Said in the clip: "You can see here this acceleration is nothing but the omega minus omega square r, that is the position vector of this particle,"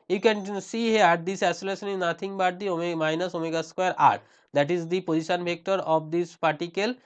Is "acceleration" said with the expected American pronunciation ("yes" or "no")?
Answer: no